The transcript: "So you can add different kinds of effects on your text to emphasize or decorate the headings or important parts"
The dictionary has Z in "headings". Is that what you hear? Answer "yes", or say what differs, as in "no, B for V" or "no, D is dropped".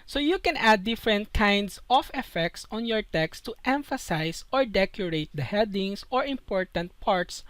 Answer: no, S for Z